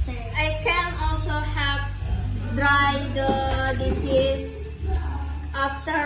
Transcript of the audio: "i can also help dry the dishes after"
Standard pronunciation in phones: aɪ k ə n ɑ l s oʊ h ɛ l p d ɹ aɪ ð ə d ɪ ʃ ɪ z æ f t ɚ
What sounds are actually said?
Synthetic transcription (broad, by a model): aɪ k ə n ɑ l s oʊ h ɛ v d ɹ aɪ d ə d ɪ s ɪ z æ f t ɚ